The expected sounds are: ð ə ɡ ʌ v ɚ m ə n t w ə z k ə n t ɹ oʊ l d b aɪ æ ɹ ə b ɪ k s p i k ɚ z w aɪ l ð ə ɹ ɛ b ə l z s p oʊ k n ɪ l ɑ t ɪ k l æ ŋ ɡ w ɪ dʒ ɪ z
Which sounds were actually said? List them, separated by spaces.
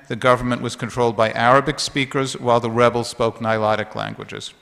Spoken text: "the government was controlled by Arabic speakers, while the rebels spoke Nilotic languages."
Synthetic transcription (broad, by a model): ð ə ɡ ʌ v ɚ m ə n t w ə z k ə n t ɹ oʊ l d b aɪ æ ɹ ə b ɪ k s p i k ɚ z w aɪ l ð ə ɹ ɛ b l s p oʊ k n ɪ l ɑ t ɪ k l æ ŋ ɡ w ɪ dʒ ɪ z